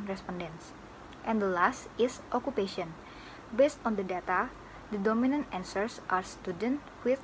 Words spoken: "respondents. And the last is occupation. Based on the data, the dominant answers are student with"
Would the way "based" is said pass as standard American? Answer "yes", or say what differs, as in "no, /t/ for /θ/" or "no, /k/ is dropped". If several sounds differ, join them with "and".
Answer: yes